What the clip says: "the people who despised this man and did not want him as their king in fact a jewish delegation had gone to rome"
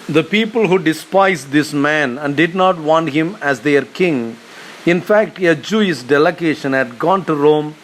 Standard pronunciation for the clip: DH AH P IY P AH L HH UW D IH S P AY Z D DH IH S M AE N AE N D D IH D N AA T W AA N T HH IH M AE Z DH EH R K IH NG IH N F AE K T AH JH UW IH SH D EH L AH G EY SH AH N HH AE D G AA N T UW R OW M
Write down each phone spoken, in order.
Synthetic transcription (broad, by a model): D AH P IY P AH L HH UW D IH S P AY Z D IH S M AE N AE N D D IH D N AA T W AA N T HH IH M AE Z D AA R K IH NG IH N F AE K T AH JH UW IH S D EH L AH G EY SH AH N HH AE D G AA N T UW R OW M